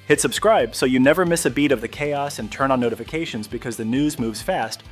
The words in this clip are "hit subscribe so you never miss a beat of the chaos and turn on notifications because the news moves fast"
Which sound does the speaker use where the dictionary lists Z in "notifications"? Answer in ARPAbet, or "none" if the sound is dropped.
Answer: Z